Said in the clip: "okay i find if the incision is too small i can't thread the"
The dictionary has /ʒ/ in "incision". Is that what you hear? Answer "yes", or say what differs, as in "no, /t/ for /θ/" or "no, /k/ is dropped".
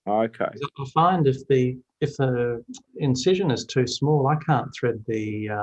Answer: yes